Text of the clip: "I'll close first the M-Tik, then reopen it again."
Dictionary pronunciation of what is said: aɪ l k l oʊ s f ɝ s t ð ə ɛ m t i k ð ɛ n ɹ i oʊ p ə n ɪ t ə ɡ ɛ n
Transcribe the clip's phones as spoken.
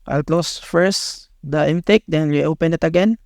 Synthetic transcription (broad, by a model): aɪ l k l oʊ s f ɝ s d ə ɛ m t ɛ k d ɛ n w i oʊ p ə n ɪ t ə ɡ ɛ n